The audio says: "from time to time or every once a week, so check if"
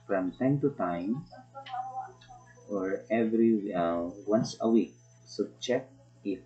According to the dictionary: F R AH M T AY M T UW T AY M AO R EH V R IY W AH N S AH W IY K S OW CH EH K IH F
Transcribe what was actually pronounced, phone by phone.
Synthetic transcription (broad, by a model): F R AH M T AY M T UW T AY M AO R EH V R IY W AH N S AH W IY K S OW CH EH K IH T